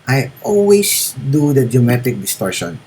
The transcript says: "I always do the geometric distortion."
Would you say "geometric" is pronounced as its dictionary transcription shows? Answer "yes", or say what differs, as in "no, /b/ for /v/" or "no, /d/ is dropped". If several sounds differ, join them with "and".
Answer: no, /ɹ/ is dropped